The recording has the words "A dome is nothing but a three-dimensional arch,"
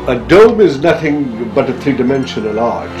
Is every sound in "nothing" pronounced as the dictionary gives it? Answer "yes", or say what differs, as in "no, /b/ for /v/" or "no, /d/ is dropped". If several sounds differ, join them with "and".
yes